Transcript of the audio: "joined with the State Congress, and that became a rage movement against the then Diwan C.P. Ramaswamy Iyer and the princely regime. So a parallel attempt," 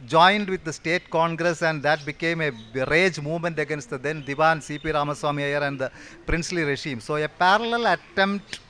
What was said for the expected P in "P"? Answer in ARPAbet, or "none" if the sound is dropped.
P